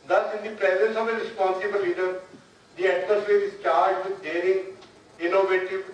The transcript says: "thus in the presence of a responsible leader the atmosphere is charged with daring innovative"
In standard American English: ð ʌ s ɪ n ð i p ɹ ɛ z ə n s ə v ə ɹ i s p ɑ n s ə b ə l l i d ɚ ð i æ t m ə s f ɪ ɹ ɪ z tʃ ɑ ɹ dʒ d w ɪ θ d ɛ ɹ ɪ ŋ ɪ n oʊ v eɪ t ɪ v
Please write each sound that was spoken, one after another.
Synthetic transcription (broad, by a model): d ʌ s ɪ n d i p ɹ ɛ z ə n s ə v ə ɹ i s p ɑ n s ə b ə l l i d ɚ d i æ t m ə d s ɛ ɹ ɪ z tʃ ɑ ɹ dʒ d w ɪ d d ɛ ɹ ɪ ŋ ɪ n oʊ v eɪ t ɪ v